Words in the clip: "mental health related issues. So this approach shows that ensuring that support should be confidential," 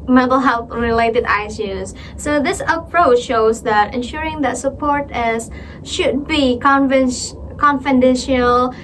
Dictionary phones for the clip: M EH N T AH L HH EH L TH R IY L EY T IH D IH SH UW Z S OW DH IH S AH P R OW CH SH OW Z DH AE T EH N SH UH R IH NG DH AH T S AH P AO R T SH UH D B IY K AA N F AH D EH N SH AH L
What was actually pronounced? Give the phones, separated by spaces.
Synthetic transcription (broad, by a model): M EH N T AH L HH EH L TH R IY L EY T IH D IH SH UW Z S OW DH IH S AH P R OW CH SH OW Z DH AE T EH N SH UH R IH NG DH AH T S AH P AO R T SH UH D B IY K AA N F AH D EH N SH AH L